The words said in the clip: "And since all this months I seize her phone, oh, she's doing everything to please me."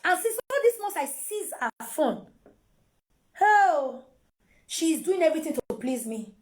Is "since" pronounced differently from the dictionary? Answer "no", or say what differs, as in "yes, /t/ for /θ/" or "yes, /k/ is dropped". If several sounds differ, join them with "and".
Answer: yes, /n/ is dropped